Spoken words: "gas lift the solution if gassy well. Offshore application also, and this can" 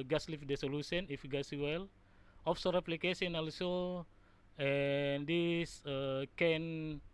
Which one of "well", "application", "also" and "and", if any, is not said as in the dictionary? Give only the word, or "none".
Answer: application